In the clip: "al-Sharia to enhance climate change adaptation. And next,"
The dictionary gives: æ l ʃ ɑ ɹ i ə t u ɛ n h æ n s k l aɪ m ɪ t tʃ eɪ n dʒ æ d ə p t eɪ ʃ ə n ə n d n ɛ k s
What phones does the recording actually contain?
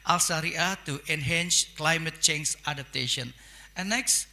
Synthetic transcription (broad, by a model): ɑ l s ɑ ɹ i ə t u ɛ n h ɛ n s k l aɪ m ɪ t tʃ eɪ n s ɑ d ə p t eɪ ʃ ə n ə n n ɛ k s